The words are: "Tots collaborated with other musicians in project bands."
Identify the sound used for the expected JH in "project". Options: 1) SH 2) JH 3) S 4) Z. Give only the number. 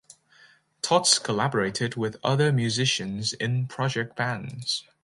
2